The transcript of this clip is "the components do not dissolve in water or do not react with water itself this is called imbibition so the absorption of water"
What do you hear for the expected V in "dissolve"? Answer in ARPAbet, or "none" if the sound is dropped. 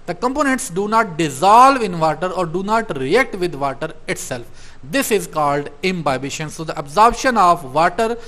V